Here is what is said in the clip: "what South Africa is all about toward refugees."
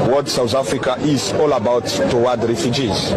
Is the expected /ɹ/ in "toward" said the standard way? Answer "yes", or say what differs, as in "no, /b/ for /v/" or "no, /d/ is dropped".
no, /w/ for /ɹ/